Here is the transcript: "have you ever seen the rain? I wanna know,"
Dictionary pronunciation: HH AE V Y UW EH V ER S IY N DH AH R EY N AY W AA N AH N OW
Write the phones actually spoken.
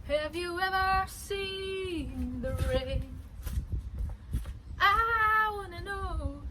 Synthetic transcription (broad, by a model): HH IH V Y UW EH V ER S IY N DH AH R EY AY W AA N AH N OW